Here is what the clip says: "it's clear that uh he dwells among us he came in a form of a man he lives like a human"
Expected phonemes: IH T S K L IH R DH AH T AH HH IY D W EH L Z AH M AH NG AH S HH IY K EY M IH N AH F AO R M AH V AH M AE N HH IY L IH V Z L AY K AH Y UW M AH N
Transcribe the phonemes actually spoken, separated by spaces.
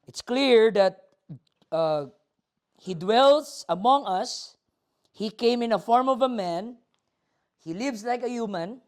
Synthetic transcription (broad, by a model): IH T S K L IH R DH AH T AH HH IY D W EH L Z AH M AH NG AH S HH IY K EY M IH N AH F AO R M AH V AH M AE N HH IY L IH V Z L AY K AH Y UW M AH N